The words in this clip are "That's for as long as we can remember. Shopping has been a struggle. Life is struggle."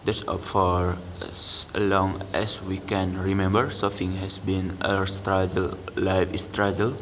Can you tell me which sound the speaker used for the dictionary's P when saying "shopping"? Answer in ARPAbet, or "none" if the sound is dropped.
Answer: F